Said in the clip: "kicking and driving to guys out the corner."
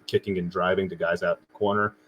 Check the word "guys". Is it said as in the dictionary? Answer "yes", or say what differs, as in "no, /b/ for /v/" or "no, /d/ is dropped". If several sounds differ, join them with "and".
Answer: yes